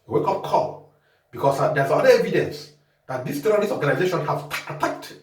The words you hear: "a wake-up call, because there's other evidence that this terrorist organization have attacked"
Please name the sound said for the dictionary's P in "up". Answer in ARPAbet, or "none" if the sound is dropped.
F